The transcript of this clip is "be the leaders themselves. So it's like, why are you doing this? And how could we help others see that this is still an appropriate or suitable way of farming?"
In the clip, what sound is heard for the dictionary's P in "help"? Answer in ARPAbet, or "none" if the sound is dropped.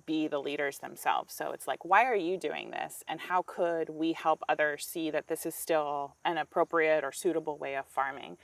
P